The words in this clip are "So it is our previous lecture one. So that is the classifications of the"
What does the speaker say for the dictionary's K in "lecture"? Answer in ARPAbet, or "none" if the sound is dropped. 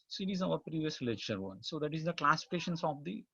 none